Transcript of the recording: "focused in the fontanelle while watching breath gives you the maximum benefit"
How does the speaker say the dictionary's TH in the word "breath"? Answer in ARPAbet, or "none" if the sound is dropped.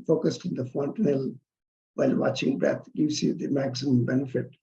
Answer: T